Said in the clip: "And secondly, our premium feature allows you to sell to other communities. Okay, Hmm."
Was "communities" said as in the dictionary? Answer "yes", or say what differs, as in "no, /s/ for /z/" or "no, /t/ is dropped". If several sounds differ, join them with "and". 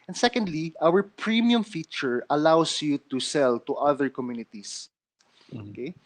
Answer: no, /s/ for /z/